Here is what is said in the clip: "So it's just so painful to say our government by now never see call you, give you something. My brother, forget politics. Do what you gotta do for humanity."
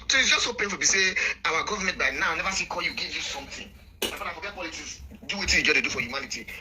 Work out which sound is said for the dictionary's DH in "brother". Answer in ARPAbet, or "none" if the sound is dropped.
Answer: none